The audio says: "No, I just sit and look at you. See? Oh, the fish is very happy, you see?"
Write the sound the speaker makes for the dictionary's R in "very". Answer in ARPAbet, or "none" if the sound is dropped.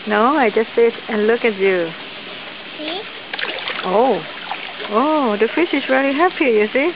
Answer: L